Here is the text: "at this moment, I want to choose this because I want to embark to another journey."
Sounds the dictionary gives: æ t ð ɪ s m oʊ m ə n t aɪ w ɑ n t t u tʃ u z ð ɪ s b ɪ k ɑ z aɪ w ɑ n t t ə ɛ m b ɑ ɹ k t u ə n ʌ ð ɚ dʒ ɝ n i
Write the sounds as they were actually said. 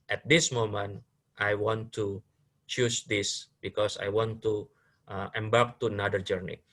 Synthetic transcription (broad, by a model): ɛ t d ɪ s m oʊ m ə n t aɪ w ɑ n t t u tʃ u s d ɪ s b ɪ k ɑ s aɪ w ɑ n t t ə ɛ m b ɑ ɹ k t u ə n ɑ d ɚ dʒ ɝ n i